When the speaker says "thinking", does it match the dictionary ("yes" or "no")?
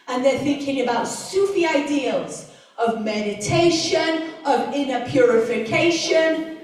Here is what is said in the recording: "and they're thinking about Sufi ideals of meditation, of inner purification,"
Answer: yes